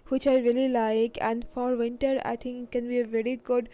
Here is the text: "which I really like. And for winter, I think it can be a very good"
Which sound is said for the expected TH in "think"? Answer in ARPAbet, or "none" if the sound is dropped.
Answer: T